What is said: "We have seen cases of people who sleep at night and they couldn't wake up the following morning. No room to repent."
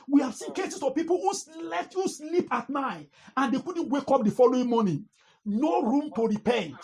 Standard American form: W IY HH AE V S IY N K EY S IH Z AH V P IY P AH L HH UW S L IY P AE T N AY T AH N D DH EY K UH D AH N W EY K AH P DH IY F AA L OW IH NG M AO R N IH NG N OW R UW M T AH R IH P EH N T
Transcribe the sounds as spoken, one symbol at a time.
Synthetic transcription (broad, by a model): W IY HH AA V S IY N K EY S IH S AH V P IY P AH L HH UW S L IY P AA T N AY T AH N D EY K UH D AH N W EY K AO P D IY F AA L OW IH NG M AO N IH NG N OW R UW M T AH R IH P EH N